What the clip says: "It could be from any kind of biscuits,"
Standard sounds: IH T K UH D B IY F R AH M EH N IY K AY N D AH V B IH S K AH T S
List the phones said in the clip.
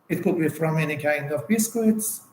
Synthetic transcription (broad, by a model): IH T K UH D B IY F R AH M EH N IY K AY N D AH V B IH S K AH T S